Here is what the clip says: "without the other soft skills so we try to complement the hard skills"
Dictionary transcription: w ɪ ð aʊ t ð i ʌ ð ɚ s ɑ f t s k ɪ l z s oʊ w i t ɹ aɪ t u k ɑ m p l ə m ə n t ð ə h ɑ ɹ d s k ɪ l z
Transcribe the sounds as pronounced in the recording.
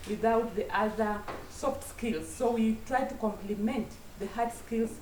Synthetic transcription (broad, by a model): w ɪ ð aʊ t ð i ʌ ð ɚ s ɑ f t s k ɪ l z s oʊ w i t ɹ aɪ t u k ɑ m p l ə m ə n t ð ə h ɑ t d s k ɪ l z